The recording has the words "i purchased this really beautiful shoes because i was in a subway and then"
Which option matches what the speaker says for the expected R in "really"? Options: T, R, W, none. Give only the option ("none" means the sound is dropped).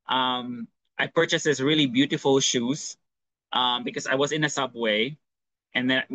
R